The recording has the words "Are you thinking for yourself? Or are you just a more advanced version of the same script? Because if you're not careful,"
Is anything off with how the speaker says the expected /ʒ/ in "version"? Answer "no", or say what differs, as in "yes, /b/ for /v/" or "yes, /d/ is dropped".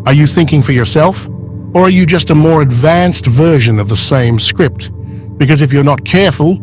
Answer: no